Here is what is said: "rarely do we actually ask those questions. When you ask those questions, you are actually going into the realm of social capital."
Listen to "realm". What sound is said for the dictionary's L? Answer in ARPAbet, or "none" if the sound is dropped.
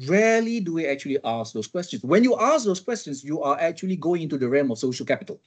none